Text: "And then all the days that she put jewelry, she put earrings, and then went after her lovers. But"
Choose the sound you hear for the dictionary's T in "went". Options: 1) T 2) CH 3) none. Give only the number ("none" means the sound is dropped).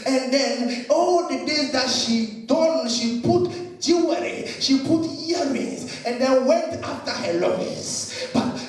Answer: 1